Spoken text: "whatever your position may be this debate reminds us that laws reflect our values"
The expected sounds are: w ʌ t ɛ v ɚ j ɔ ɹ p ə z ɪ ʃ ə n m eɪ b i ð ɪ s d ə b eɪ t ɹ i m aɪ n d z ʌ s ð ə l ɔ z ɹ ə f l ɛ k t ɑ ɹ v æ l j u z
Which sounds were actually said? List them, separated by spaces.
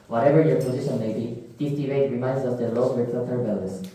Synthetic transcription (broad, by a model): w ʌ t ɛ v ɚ j ɔ ɹ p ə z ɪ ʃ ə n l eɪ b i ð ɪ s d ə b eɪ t ɹ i m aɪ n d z ʌ s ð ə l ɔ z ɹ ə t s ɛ t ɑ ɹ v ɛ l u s